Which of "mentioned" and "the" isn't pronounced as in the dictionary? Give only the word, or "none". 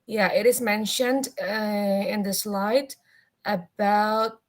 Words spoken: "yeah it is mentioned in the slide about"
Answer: none